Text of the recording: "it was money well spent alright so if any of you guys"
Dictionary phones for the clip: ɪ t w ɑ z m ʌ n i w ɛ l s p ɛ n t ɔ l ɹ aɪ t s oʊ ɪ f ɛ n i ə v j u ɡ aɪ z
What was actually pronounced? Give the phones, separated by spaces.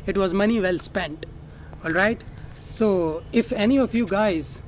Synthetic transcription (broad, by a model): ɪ t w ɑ z m ʌ n i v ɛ l s p ɛ n t ɔ l ɹ aɪ t s oʊ ɪ f ɛ n i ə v j u ɡ aɪ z